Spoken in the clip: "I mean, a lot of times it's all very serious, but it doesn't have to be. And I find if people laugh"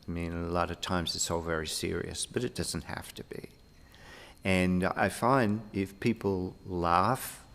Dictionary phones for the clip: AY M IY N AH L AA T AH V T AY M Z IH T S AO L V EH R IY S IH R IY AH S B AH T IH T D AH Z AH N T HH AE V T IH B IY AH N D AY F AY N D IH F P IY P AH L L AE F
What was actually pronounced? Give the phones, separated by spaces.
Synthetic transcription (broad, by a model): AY M IY N AH L AA T AH V T AY M Z IH T S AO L V EH R IY S IH R IY AH S B AH T IH T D AH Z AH N T HH AE F T IH B IY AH N AY F AY N D IH F P IY P L L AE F